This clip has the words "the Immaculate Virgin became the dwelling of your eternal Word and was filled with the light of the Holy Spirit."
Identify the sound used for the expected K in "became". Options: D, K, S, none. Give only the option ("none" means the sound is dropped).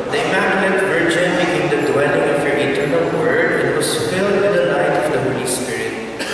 none